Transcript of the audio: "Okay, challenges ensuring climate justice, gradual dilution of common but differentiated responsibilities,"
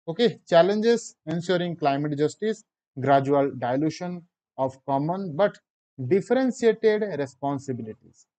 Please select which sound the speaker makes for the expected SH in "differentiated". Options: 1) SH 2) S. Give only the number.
2